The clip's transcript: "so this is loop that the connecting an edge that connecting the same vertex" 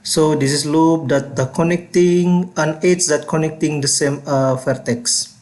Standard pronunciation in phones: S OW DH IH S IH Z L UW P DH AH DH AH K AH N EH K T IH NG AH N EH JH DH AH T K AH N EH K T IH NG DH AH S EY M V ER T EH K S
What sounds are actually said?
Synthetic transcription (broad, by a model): S OW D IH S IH S L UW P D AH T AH K AH N EH K T IH NG AH N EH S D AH T K AH N EH K T IH NG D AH S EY M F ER T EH K S